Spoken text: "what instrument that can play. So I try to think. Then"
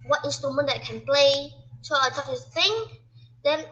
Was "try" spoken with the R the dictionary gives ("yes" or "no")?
no